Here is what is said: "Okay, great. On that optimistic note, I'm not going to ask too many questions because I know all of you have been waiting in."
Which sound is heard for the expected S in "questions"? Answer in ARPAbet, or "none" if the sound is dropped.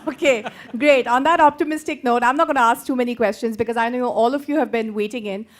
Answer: S